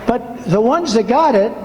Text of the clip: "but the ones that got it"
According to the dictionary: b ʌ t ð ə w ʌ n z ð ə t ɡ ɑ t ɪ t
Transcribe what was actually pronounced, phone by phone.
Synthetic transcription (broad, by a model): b ʌ t ð ə w ʌ n z ð ə t ɡ ɑ t ɪ t